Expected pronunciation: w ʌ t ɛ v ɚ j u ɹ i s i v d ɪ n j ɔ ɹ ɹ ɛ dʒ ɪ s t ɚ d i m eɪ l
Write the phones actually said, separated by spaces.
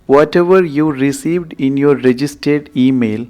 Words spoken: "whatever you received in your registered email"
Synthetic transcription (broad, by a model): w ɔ t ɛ v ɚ j u ɹ i s i v d ɪ n j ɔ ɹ ɹ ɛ dʒ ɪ s t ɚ d i m eɪ l